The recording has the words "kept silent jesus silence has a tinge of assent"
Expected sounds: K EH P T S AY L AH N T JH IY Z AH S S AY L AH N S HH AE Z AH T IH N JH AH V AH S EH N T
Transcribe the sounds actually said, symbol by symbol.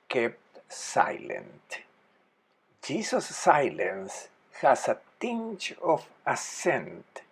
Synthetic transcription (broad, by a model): K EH P T S AY L AH N T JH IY S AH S S AY L AH N S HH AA S AH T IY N CH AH F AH S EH N T